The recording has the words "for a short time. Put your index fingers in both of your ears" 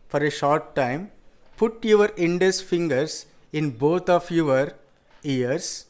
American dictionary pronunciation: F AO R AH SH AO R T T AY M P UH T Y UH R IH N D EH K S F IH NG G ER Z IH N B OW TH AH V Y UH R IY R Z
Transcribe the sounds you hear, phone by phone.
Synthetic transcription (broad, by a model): F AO R AH SH AO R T T AY M P UH T Y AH R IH N D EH S F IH NG G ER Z IH N B OW T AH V Y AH R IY R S